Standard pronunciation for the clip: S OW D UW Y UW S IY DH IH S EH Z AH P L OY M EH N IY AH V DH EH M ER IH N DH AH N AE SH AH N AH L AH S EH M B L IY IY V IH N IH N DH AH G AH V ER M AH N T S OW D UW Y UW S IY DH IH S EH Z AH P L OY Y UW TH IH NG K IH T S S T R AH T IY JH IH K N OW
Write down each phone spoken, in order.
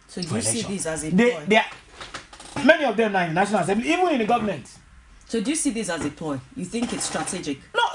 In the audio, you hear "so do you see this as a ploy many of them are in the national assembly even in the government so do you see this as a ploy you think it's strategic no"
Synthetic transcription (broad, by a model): S OW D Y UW S IY DH IH S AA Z AH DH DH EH M EH N IY AH V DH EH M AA IH N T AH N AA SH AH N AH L AH S EH M B L IY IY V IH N IH N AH G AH V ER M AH N T S OW D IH Y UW S IY DH IH S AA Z AH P OY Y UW TH IH NG K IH T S S T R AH T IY JH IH K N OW